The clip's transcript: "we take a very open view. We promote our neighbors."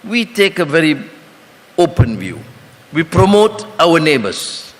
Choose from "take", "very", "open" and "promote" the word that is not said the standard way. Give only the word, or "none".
none